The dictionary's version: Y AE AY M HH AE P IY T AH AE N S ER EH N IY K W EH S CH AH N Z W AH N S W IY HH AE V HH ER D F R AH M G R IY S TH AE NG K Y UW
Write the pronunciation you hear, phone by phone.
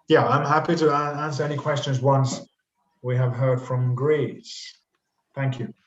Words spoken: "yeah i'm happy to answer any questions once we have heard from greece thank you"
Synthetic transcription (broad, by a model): Y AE AY M HH AE P IY T AH AE N S ER EH N IY K W EH S CH AH N Z W AH N S W IY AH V HH ER D F R AH M G R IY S TH AE NG K Y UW